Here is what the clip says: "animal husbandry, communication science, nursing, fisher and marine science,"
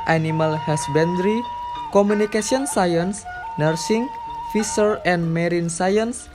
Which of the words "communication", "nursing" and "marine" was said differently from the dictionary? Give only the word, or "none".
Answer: communication